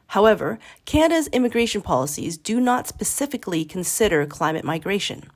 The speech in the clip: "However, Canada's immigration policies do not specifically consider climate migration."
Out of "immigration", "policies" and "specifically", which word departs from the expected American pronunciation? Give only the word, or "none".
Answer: none